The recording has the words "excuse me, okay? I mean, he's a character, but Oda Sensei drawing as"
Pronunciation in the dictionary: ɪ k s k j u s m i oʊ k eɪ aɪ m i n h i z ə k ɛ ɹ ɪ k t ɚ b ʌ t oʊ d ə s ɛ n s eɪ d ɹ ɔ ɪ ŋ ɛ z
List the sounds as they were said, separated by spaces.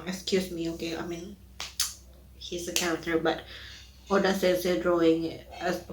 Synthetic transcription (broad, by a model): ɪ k s k j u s m i oʊ k eɪ aɪ m i n h i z ə k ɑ ɪ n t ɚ b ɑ t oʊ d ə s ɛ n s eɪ d ɹ ɔ ɪ ŋ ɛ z